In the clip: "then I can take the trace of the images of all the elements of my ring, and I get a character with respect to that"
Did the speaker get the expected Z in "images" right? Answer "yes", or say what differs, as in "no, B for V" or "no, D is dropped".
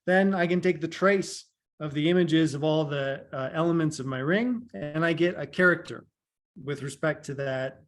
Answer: yes